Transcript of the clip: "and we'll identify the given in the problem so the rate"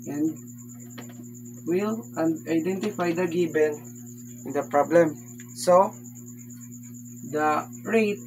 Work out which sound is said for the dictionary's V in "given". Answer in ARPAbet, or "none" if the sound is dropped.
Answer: B